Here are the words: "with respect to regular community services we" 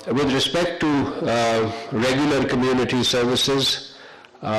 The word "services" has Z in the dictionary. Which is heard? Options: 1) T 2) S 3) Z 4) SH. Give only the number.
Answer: 3